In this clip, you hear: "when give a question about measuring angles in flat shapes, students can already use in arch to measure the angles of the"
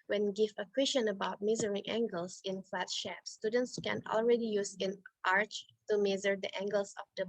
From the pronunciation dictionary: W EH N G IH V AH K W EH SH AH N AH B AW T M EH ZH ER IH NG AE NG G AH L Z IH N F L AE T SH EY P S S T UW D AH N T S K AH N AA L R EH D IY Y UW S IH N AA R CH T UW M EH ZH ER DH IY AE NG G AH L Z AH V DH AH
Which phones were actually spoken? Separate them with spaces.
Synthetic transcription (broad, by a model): W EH N G IH V AH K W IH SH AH N AH B AW T M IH Z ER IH NG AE NG G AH L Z IH N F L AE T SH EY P S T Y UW D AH N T S K AH N AA L R EH D IY Y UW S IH N AA R CH T UW M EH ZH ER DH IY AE NG G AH L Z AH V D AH